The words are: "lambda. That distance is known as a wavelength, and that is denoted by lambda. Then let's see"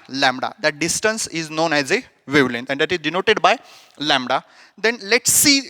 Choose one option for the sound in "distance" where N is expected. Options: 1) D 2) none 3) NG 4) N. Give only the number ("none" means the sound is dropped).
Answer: 4